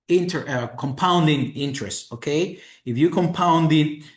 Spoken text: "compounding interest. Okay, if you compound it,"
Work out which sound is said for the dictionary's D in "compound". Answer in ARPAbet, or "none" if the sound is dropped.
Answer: D